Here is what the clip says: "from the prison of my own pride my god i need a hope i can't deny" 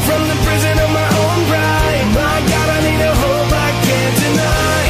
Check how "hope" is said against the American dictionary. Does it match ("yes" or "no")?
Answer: no